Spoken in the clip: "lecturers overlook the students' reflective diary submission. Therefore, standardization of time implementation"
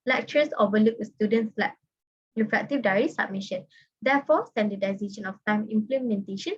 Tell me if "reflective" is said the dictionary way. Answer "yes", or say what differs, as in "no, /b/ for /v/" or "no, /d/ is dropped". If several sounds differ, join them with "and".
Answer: no, /l/ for /ɹ/